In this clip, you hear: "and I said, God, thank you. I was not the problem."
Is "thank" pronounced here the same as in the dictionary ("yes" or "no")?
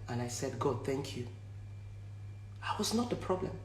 yes